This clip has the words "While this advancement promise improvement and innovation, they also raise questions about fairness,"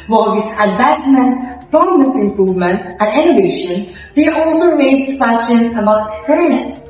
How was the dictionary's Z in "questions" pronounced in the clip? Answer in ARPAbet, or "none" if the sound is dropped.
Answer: S